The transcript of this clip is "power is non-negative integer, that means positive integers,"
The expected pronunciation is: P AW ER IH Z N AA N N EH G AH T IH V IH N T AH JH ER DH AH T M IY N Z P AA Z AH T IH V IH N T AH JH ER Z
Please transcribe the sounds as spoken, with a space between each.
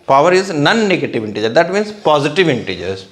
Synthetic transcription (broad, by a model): P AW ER IH Z N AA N N EH G AH T IH V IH N T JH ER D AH T M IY N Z P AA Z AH T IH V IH N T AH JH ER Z